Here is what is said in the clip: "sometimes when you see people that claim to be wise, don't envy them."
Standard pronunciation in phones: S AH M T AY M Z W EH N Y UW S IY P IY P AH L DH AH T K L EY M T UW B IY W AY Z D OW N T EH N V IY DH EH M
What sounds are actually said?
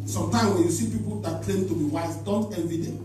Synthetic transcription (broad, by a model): S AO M T AY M W EH N Y UW S IY P IY P AH L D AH T K L EY M T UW B IY W AY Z D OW N T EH V IY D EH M